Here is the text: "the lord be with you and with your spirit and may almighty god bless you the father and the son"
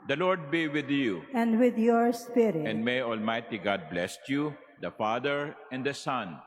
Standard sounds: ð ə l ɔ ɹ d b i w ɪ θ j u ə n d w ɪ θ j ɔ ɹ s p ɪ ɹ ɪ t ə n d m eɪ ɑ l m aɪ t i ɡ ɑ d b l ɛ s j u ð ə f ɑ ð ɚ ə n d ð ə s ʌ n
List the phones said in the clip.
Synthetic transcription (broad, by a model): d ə l ɔ ɹ d b i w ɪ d j u ə n d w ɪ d j ɔ ɹ s p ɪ ɹ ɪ ə n d m eɪ ɑ l m aɪ t i ɡ ɑ d b l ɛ s j u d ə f ɑ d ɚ ə n d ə s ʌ n